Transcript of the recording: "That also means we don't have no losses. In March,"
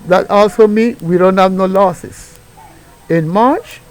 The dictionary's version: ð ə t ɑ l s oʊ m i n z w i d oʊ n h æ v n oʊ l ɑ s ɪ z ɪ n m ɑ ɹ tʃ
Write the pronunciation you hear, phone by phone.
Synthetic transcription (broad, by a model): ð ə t ɑ l s oʊ m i n w i d oʊ n h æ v n oʊ l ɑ s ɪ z ɪ n m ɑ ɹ tʃ